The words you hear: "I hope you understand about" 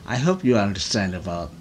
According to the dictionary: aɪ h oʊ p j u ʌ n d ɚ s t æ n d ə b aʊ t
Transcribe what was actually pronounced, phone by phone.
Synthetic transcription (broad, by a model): aɪ h oʊ p j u ʌ n d ɚ s t æ n d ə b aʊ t